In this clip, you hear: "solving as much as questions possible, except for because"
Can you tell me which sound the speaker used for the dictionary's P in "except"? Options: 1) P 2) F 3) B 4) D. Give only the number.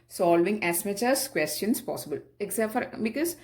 2